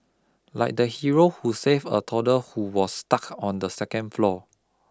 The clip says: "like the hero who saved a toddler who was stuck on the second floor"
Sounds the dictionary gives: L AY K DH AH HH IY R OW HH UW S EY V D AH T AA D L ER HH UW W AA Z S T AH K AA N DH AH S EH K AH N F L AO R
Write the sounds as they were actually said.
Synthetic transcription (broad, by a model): L AY K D AH HH IY R OW HH UW S EY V AH T AA D ER HH UW W AA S T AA K AA N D AH S EH K AH N F L AO